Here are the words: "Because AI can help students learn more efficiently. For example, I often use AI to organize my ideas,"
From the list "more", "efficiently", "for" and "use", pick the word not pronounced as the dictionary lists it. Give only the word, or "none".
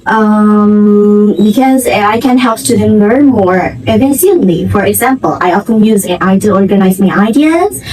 efficiently